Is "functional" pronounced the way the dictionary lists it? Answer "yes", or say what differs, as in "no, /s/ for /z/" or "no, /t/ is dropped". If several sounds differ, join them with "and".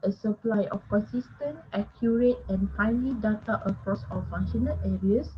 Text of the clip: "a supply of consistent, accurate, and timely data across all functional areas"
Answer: no, /k/ is dropped